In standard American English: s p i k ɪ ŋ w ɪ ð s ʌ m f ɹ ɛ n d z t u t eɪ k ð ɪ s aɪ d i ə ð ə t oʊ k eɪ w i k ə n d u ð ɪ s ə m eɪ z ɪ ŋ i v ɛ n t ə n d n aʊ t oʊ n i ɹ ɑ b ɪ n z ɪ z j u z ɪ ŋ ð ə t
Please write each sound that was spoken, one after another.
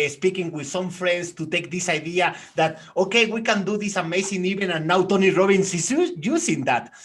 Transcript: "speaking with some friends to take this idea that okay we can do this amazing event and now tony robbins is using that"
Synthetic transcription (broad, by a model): s p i k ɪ ŋ w ɪ ð s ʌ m f ɹ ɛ n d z t u t eɪ k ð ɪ s aɪ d i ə ð ə t oʊ k eɪ w i k ə n d u ð ɪ s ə m eɪ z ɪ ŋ i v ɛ n ə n n aʊ t oʊ n i ɹ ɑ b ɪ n s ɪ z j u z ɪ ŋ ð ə t